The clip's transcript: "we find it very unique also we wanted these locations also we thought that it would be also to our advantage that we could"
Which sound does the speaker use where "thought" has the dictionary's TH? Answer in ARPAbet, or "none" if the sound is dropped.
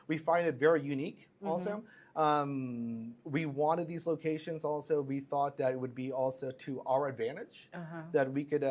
TH